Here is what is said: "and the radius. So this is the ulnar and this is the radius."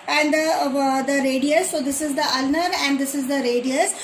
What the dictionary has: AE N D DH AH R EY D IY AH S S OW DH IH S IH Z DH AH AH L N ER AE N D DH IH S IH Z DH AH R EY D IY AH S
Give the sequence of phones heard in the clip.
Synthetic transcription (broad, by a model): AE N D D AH R EY D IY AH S S OW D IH S IH Z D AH AH L N ER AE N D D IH S IH Z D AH R EY D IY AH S